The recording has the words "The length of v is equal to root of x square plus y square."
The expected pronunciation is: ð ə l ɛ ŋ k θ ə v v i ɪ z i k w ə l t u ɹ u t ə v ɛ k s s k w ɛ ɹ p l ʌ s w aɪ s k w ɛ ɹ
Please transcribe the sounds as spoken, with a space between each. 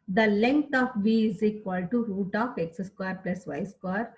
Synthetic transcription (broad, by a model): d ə l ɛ ŋ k t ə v v i ɪ z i k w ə l t u ɹ u t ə f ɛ k s s k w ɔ ɹ p l ʌ s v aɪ s k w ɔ ɹ